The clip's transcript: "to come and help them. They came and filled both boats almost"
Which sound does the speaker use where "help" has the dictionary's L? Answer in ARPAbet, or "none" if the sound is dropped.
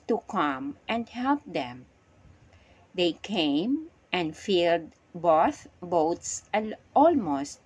L